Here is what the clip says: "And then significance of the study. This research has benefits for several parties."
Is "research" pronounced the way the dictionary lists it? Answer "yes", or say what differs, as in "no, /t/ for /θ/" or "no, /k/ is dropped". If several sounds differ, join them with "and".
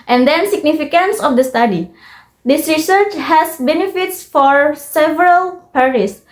yes